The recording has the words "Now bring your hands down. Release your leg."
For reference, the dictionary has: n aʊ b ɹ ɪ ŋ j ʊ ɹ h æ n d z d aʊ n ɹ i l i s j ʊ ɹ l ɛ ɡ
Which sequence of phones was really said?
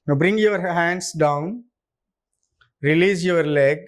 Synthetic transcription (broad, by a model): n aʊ b ɹ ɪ ŋ j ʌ ɹ h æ n d s d aʊ n ɹ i l i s j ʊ ɹ l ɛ ɡ